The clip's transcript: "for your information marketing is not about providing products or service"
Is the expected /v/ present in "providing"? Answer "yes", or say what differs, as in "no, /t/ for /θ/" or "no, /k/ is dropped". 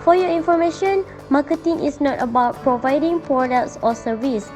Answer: yes